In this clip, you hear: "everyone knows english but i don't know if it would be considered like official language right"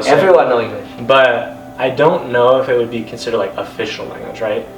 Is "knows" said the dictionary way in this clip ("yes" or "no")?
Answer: no